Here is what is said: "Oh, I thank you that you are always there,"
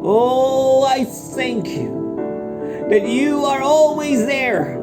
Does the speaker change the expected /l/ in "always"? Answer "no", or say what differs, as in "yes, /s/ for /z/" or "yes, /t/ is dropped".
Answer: no